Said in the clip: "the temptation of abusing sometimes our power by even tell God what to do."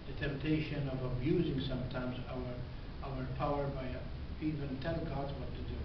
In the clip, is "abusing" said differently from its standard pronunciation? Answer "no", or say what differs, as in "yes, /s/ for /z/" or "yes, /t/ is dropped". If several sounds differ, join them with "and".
no